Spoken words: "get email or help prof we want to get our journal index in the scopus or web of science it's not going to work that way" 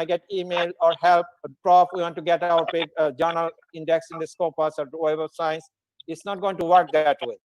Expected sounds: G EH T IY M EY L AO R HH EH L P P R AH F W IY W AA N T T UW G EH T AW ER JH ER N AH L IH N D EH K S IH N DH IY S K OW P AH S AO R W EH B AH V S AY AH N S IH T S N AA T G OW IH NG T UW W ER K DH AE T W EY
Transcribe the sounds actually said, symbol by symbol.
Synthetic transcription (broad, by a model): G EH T IY M EY L AO R HH EH L P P R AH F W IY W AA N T T UW G EH T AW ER JH ER N AH L IH N D EH K S IH N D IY S K OW P AH S AO R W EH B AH S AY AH N S IH T S N AA T G OW IH NG T UW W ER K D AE T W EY